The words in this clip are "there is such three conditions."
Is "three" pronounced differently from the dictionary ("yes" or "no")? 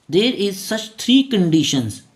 yes